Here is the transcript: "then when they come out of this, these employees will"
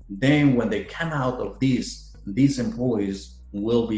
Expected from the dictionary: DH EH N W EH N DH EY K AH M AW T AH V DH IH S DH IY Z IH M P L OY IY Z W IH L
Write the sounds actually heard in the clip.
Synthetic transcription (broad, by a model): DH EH N W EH N DH EY K AH M AW T AH V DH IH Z DH IY Z IH M P L OY IY Z W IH L